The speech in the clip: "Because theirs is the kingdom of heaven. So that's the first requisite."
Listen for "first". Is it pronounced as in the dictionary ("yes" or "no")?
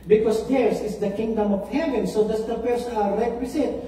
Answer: no